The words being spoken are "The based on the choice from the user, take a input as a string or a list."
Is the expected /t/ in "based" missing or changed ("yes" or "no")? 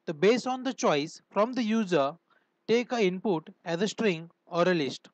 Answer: yes